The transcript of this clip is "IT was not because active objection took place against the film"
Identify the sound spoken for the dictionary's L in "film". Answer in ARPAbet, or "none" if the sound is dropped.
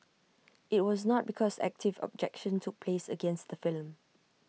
L